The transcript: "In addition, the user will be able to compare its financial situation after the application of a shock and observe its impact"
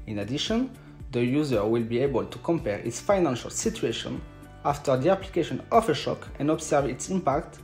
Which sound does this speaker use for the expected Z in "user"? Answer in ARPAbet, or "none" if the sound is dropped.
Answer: Z